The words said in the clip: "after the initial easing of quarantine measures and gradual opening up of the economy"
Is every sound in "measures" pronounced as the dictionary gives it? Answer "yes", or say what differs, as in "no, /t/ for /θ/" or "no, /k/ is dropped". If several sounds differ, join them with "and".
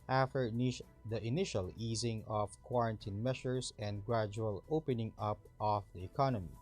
no, /ʃ/ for /ʒ/ and /s/ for /z/